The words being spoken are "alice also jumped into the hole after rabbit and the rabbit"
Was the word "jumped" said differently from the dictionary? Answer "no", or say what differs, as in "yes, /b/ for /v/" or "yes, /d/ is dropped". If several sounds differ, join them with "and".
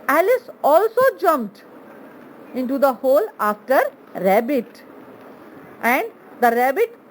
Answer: no